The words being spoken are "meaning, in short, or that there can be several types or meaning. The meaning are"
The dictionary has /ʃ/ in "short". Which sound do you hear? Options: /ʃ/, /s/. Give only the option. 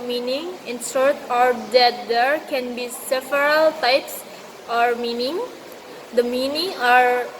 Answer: /s/